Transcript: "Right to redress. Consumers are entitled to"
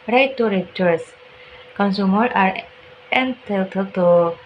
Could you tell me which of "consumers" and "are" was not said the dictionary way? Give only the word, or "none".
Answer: consumers